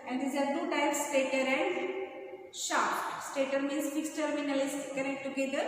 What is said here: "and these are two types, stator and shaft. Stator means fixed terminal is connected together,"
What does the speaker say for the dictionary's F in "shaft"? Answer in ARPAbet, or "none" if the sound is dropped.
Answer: none